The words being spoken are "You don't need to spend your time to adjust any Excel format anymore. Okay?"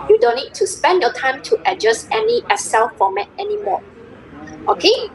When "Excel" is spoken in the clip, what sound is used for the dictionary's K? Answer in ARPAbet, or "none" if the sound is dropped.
none